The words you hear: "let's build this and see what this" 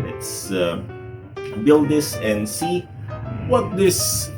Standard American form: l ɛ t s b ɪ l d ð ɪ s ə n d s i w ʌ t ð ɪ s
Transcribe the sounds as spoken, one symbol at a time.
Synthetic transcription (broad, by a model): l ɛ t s b ɪ l d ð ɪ s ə n s i w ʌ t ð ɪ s